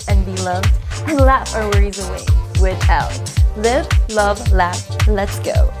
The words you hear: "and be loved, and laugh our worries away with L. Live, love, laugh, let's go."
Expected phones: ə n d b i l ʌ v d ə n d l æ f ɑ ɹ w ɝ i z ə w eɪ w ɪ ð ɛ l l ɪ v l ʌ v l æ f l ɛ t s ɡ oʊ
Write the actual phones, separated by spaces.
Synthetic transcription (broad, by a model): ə n b i l ʌ v d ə n l æ f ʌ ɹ w ɝ i z ə w eɪ w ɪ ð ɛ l l ɪ v l ʌ v l æ f l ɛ t s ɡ oʊ